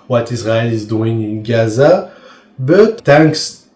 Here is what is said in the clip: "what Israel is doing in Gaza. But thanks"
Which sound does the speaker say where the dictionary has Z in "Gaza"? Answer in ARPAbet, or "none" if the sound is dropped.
Z